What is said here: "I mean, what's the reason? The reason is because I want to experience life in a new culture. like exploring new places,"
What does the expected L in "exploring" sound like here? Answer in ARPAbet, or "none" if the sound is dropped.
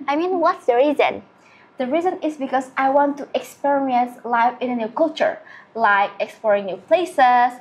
L